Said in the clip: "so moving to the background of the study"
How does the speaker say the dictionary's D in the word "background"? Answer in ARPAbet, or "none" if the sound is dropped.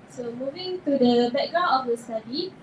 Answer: none